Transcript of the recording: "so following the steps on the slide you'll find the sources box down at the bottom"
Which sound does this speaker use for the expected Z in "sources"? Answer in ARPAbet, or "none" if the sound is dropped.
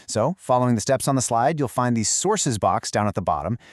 Z